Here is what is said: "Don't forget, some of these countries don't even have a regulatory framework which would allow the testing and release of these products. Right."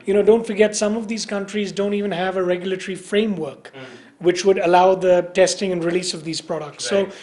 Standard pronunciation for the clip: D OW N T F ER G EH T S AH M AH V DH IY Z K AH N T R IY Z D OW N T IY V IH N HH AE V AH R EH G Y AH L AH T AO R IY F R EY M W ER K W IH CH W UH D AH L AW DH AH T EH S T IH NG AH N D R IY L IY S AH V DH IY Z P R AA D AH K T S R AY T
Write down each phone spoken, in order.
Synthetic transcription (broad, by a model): D OW N T F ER G EH T S AH M AH V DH IY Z K AH N T R IY Z D OW N T IY V IH N HH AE V AH R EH G Y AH L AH T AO R IY F R EY M W ER K W IH CH W UH D AH L AW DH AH T EH S T IH NG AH N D R IY L IY S AH V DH IY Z P R AA D AH K T S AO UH